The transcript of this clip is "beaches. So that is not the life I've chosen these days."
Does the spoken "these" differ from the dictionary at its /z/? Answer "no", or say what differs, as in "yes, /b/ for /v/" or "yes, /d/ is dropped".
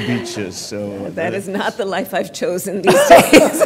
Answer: no